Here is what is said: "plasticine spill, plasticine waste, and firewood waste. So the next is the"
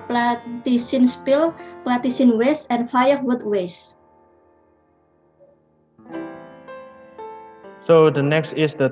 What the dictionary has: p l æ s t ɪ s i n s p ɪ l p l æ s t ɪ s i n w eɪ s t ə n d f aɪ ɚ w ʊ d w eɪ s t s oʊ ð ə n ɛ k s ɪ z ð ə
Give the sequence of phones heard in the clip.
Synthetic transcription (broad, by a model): p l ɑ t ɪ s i n s p ɪ l p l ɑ t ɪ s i n w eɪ s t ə n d f aɪ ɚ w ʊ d w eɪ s s oʊ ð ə n ɛ k s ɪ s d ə